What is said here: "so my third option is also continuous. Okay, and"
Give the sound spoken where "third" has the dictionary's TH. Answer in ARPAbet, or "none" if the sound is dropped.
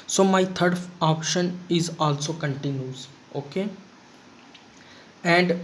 T